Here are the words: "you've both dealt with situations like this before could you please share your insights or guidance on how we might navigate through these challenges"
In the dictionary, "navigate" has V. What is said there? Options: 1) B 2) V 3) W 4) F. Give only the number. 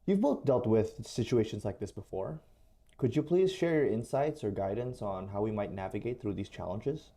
2